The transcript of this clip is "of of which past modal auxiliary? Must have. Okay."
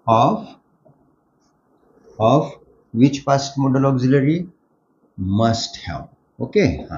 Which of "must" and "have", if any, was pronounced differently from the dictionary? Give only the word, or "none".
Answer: have